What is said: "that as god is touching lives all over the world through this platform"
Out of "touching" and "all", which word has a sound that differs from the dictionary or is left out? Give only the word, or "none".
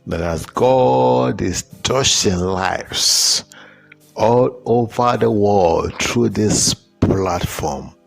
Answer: touching